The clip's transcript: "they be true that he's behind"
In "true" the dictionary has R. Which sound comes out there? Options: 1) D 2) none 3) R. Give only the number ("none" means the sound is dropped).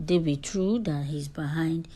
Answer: 3